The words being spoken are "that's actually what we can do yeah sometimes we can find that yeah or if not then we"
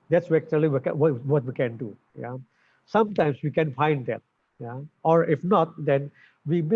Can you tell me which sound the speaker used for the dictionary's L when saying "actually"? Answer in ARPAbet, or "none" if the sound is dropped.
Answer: W